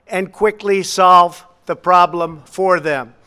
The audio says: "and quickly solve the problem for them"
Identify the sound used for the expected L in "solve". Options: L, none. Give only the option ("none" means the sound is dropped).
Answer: L